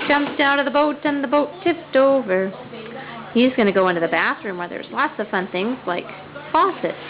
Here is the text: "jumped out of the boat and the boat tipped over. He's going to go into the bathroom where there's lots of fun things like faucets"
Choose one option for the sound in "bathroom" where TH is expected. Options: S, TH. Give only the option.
TH